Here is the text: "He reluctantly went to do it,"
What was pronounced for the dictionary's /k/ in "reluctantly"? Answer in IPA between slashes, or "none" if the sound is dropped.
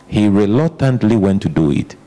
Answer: none